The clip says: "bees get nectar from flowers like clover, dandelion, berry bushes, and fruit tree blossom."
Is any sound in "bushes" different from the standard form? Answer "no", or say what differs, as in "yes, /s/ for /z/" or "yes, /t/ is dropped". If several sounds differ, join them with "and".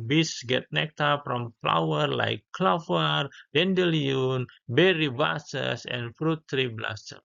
yes, /s/ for /ʃ/ and /s/ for /z/